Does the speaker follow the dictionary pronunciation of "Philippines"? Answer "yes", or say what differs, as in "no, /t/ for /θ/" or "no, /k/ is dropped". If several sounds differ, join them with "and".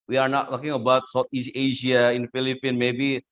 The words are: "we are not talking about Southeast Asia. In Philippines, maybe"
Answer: no, /z/ is dropped